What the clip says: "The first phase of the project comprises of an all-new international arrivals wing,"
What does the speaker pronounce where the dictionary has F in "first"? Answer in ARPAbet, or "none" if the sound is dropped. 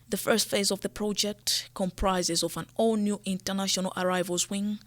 F